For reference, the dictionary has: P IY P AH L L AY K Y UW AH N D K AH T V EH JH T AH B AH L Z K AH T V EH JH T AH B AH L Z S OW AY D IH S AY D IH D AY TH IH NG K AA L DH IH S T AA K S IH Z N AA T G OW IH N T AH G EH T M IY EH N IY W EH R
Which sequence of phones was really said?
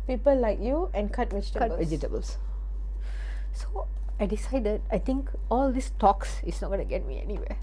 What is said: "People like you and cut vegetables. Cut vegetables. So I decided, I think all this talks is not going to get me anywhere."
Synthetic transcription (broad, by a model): P IY P AH L L AY K Y UW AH N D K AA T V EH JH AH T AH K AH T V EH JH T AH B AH L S S OW AY D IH S AY D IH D AY T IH NG K AA L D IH S T AA K S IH S N AA T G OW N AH G EH T M IY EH N IY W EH